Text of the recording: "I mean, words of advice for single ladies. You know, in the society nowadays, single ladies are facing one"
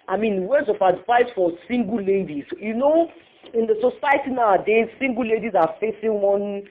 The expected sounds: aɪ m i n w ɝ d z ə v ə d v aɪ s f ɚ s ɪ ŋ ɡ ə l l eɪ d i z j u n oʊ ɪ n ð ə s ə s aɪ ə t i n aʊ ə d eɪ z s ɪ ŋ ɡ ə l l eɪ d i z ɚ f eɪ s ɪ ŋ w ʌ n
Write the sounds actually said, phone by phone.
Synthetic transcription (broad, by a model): aɪ m i n w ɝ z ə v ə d f aɪ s f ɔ s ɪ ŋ ɡ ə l l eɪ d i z j u n oʊ ɪ n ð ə s ə s aɪ ə t i n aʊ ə d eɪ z s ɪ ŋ ɡ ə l l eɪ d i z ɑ f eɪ s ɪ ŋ w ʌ n